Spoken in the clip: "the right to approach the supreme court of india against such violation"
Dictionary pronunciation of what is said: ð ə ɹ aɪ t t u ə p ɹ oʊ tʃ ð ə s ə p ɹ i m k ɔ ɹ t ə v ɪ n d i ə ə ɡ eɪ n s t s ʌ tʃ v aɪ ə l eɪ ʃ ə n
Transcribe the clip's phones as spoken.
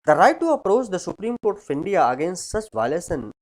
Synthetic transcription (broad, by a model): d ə ɹ aɪ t t u ə p ɹ oʊ tʃ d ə s ə p ɹ i m k ɔ ɹ t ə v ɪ n d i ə ə ɡ eɪ n s t s ʌ tʃ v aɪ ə l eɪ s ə n